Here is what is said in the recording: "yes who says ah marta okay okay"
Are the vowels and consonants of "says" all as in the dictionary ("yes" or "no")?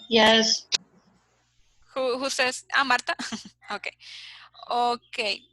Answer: no